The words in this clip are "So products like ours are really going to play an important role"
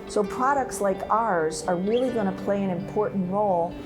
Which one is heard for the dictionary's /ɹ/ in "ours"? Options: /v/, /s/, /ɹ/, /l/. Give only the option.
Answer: /ɹ/